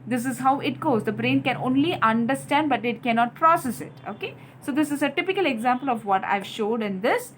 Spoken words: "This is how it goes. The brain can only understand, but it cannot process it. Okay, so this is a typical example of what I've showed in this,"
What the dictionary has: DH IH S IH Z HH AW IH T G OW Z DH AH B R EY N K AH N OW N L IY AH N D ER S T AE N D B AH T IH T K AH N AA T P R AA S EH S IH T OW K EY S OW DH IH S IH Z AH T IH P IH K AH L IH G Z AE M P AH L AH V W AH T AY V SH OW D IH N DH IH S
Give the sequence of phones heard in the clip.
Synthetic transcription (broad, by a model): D IH S IH Z HH AW IH T G OW Z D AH B R EY N K AH N OW N L IY AH N D ER S T AE N D B AH T IH T K AH N AA T P R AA S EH S IH T OW K EY S OW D IH S IH Z AH T IH P IH K AH L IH G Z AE M P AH L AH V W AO T AY V SH OW D IH N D IH S